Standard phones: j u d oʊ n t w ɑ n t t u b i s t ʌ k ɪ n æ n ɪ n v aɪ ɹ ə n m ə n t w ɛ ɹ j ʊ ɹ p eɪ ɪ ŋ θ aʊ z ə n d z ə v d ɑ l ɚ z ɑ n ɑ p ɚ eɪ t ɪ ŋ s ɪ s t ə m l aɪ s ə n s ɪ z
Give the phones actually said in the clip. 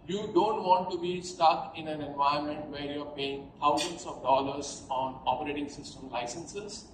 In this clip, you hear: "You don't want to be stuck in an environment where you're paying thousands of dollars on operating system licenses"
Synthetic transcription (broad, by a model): j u d oʊ n t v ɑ n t t u b i s t ʌ k ɪ n æ n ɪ n v aɪ ə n m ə n t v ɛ ɹ j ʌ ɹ p eɪ ɪ ŋ t aʊ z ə n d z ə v d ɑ l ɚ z ɑ n ɑ p ɚ eɪ t ɪ ŋ s ɪ s t ə m l aɪ s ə n s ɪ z